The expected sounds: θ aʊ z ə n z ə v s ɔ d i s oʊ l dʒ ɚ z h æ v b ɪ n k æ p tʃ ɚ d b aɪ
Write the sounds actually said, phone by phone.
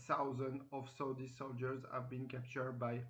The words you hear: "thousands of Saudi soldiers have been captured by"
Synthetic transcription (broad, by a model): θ aʊ z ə n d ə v s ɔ d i s oʊ l dʒ ɚ z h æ v b ɪ n k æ p tʃ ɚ d b aɪ